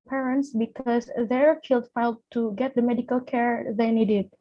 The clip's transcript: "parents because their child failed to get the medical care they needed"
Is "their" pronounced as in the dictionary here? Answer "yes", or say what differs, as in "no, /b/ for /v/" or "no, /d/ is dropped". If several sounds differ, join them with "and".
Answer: yes